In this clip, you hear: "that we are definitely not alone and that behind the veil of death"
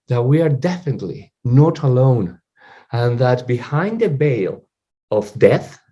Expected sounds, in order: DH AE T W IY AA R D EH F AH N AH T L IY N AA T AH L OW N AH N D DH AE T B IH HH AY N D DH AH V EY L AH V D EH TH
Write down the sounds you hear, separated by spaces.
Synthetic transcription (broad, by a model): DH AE T W IY AA R D EH F AH N AH T L IY N AA T AH L OW N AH N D DH AE T B IH HH AY N D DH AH B EY L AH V D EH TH